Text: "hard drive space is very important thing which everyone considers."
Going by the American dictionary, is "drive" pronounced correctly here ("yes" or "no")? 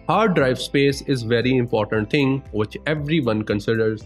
yes